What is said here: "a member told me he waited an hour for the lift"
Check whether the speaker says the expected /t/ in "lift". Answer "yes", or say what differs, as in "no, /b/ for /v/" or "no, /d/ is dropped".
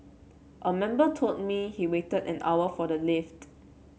yes